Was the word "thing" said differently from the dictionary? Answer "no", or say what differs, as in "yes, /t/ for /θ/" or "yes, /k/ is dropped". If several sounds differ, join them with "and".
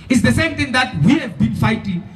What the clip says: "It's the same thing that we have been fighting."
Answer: yes, /t/ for /θ/